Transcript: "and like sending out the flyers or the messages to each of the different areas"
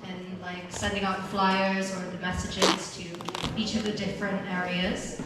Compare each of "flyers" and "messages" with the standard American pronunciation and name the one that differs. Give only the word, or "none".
none